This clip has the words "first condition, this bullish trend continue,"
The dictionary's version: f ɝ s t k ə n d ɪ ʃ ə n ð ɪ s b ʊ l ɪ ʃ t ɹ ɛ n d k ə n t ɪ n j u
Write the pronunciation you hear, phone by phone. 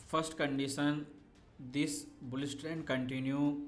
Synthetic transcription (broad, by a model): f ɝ s t k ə n d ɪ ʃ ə n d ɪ s b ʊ l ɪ s t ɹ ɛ n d k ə n t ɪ n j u